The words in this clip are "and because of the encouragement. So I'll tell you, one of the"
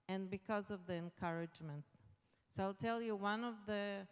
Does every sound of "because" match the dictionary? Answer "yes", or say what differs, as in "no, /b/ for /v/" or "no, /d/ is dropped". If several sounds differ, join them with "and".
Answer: yes